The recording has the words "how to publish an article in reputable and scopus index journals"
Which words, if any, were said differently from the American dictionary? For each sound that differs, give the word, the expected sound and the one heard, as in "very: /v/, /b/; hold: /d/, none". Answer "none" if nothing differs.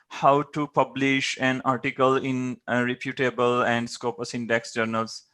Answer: none